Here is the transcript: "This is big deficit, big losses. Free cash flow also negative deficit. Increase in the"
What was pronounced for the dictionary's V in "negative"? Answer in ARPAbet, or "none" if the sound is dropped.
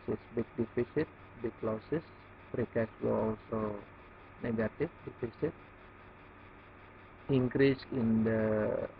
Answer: F